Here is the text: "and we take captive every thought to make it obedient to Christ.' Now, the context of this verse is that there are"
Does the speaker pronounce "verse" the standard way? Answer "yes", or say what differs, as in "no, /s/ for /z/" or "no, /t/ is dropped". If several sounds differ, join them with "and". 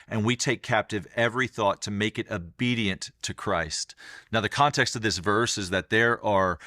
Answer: yes